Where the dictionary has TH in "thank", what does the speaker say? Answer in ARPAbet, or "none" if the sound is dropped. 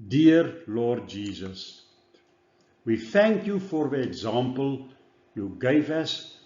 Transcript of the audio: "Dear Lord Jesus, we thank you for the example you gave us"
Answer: TH